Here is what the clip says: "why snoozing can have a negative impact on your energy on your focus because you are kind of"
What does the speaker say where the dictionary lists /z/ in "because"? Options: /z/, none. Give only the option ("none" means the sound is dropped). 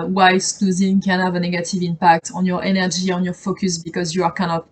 /z/